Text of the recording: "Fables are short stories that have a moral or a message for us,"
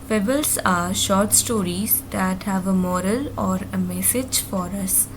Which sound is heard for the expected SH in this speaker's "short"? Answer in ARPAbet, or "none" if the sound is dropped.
SH